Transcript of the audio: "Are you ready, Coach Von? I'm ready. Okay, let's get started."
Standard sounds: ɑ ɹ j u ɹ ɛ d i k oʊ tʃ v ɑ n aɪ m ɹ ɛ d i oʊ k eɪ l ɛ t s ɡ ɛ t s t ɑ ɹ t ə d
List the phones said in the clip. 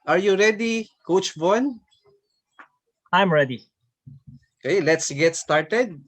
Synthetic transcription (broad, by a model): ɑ ɹ j u ɹ ɛ d i k oʊ tʃ b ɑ n aɪ m ɹ ɛ d i oʊ k eɪ l ɛ t s ɡ ɛ t s t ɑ ɹ t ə d